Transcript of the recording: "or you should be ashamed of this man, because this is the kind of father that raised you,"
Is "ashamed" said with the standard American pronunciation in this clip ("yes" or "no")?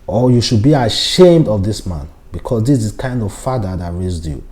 yes